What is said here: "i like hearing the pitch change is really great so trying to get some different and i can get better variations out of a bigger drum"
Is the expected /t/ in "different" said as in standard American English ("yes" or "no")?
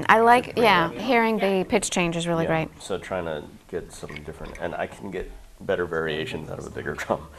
yes